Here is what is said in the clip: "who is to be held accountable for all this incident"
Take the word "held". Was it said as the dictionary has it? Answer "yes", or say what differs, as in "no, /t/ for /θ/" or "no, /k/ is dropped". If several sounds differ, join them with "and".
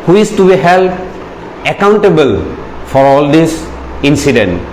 no, /d/ is dropped